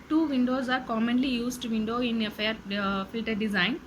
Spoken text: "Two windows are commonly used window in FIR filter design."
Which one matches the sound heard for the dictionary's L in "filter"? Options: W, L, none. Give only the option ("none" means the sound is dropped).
L